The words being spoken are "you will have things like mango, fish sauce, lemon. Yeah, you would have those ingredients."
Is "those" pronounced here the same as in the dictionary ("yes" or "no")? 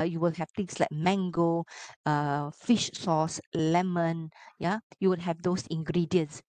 no